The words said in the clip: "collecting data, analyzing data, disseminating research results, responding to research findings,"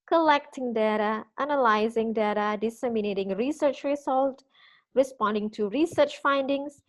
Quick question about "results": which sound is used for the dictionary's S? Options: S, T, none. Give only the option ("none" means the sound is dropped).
none